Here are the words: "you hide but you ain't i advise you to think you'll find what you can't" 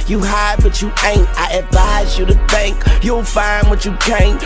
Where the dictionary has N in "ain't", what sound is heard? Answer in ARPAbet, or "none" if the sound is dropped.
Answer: N